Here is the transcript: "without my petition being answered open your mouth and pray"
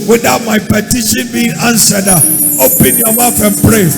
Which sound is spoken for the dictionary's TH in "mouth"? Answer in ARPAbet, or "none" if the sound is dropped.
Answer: F